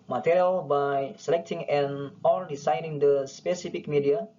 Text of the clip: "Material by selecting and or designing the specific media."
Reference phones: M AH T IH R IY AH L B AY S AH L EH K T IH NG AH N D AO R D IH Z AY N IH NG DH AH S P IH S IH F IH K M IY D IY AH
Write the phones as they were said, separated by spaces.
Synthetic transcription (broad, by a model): M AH T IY R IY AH L B AY S AH L EH K T IH NG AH N AO L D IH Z AY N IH NG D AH S P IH S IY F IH K M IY D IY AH